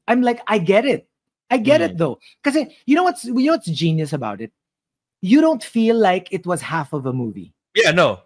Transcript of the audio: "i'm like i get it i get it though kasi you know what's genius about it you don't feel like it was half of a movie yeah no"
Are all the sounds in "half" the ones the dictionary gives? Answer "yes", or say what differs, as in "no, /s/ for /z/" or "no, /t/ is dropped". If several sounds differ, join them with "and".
yes